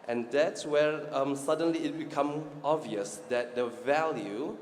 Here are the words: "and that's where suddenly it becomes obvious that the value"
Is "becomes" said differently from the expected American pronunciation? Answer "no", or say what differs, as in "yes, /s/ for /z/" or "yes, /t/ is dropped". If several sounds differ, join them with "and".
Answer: yes, /z/ is dropped